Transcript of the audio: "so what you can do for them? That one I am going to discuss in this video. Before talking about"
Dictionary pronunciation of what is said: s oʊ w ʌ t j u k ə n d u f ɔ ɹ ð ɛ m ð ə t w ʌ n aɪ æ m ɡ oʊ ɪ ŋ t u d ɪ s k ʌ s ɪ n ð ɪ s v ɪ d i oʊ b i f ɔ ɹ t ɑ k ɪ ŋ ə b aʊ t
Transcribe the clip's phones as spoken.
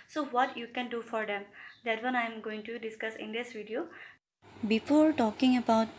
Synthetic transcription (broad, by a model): s oʊ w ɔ t j u k ə n d u f ɔ ɹ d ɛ m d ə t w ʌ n aɪ m ɡ oʊ ɪ ŋ t u d ɪ s k ʌ s ɪ n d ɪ s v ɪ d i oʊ b i f ɔ ɹ t ɑ k ɪ ŋ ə b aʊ t